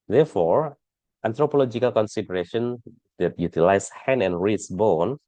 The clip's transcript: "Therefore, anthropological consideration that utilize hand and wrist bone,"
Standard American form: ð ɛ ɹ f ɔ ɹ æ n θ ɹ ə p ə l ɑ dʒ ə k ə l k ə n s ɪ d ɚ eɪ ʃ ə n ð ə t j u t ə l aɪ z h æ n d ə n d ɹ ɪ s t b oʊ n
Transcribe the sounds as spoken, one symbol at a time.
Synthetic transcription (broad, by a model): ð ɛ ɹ f ɔ ɹ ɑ n t ɹ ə p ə l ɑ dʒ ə k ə l k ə n s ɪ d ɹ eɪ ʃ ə n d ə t j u t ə l aɪ s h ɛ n ə n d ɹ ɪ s b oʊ n